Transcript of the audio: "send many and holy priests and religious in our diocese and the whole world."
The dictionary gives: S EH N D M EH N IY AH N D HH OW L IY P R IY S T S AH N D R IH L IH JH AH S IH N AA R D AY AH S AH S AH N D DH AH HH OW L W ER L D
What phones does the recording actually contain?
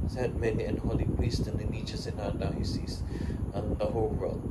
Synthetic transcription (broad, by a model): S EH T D M EH N IY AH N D HH OW L IY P R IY S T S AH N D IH N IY CH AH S IH N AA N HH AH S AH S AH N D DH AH HH OW L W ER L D